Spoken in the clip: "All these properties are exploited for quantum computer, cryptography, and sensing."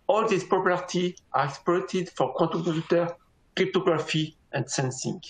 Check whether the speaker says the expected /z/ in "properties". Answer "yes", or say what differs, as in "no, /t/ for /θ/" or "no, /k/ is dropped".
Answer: no, /z/ is dropped